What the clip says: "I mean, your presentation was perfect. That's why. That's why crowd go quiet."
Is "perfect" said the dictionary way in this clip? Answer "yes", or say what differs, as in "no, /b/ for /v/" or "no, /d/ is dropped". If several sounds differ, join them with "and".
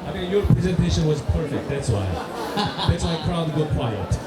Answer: yes